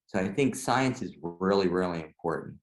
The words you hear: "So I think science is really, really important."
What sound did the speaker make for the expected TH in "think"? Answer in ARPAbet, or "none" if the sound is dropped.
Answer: TH